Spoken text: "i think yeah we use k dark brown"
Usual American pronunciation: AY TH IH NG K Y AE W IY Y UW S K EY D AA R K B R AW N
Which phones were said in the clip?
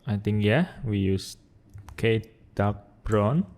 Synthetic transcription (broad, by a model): AY T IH NG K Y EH W IY Y UW S K EY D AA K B R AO N